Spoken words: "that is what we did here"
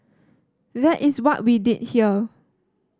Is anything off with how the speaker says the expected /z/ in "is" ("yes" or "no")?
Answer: yes